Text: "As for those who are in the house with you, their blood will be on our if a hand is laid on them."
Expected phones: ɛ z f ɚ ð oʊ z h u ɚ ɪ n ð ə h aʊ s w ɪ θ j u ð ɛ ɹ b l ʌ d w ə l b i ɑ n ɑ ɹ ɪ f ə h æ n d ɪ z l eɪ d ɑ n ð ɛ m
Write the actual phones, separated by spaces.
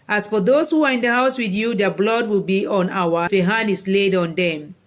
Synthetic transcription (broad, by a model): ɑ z f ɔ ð oʊ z h u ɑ ɪ n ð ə h aʊ s w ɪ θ j u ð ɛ b l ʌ d w ə l b i ɑ n ɑ w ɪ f ə h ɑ n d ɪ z l eɪ d ɑ n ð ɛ m